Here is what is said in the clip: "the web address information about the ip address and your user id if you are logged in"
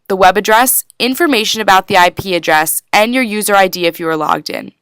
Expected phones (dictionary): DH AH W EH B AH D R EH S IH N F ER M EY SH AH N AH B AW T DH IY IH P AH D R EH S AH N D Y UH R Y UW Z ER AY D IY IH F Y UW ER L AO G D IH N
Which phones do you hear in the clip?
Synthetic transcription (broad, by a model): DH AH W EH B AH D R EH S IH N F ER M EY SH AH N AH B AW T DH IY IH P AH D R EH S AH N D Y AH R Y UW Z ER AY D IY IH F Y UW ER L AO G D IH N